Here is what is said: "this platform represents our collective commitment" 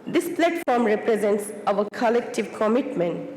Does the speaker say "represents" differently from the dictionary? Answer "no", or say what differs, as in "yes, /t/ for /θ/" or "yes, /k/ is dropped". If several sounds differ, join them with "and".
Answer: no